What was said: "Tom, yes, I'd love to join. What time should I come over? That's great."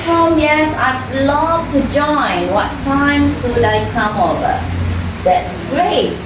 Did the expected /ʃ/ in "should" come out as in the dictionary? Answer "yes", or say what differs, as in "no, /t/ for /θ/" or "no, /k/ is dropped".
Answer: no, /s/ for /ʃ/